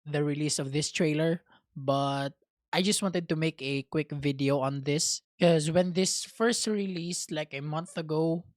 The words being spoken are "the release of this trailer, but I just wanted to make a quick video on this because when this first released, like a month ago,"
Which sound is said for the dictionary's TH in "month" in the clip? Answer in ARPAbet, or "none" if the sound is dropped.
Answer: TH